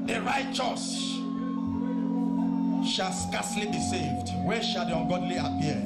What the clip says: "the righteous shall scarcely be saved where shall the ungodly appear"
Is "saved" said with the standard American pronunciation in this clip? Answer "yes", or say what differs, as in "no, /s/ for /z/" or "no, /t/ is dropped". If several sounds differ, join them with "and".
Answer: yes